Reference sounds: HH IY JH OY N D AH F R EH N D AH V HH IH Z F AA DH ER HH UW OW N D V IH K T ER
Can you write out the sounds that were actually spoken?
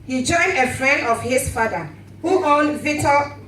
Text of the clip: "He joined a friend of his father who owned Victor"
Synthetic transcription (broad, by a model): HH IY JH OY N D AH F R EH N D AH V HH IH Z F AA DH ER HH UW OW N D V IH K T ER